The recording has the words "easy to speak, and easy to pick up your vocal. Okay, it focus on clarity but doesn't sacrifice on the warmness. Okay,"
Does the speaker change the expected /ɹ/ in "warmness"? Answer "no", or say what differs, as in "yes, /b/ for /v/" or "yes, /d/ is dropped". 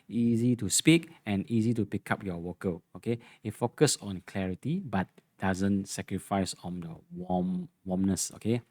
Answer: yes, /w/ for /ɹ/